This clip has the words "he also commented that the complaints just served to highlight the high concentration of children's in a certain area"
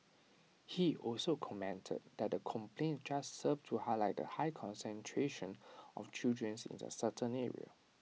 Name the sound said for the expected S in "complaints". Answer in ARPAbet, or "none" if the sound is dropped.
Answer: none